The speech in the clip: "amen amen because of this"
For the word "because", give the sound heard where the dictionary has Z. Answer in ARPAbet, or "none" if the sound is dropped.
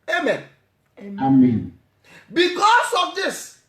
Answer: S